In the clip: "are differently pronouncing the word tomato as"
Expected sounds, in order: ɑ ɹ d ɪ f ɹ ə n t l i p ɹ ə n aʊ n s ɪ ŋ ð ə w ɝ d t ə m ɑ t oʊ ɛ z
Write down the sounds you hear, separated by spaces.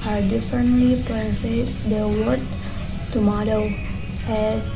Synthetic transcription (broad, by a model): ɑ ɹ d ɪ f ɹ ə n t l i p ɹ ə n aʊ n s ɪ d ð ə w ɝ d t ə m ɑ t oʊ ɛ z